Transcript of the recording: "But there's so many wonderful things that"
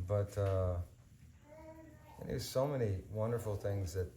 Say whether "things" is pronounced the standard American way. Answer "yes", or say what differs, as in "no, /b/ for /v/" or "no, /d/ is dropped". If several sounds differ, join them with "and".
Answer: yes